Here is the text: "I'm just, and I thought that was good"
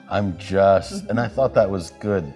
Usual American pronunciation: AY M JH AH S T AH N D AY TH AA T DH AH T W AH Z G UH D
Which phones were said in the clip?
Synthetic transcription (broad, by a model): AY M JH AH S T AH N AY TH AA T DH AH T W AH Z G UH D